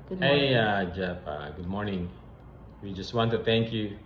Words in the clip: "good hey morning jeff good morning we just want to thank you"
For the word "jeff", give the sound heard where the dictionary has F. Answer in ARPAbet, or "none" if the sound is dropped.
P